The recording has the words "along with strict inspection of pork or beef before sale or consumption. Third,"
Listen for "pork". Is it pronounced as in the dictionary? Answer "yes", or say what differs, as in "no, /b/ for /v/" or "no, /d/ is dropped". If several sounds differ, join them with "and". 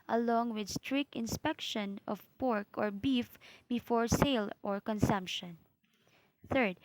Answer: yes